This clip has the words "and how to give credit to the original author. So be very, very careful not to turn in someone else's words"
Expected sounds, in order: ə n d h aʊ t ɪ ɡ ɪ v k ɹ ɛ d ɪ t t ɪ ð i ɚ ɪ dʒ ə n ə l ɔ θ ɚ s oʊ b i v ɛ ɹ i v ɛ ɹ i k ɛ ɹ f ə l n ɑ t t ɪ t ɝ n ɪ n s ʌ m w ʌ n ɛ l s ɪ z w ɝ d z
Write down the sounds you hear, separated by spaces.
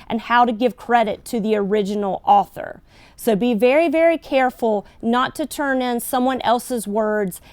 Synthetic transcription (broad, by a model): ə n h aʊ t ɪ ɡ ɪ v k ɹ ɛ d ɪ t t ɪ ð i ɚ ɪ dʒ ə n l ɔ θ ɚ s oʊ b i v ɛ ɹ i v ɛ ɹ i k ɛ ɹ f l n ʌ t t ɪ t ɝ n ɪ n s ʌ m w ʌ n ɛ l s ɪ z w ɝ d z